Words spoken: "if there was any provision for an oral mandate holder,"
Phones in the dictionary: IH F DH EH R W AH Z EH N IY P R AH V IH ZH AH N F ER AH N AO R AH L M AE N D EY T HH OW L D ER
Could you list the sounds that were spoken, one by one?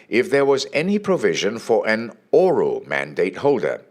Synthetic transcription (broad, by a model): IH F DH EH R W AH Z EH N IY P R AH V IH ZH AH N F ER AH N AO R AH L M AE N D EY T HH OW L D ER